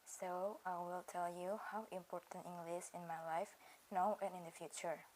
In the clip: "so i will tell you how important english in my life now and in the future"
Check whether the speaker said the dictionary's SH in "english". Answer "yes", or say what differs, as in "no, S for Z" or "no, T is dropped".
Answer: no, S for SH